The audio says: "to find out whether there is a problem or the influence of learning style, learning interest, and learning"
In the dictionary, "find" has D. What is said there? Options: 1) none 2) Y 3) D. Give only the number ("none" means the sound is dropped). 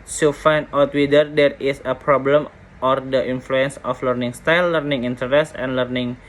1